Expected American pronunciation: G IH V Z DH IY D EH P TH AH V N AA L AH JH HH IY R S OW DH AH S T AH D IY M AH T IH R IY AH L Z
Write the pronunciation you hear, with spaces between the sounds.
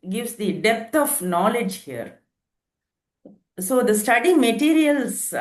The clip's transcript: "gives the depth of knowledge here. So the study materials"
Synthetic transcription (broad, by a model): G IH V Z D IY D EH P T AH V N AA L AH JH HH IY R S OW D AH S T AH D IY M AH T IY R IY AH L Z